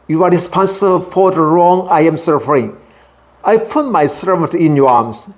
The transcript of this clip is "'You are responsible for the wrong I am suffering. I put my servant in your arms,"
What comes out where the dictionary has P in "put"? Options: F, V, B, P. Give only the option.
P